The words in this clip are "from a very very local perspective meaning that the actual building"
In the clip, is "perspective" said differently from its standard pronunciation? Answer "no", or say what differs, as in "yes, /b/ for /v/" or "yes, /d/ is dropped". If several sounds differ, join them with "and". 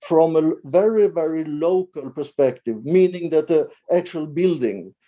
no